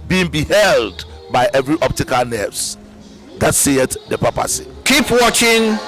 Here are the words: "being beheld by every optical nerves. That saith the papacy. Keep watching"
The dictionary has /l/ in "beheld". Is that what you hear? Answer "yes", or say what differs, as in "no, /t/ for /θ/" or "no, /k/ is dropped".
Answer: yes